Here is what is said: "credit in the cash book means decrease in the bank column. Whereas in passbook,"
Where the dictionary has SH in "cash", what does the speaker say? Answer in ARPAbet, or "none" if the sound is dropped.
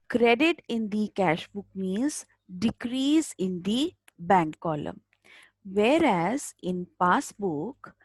SH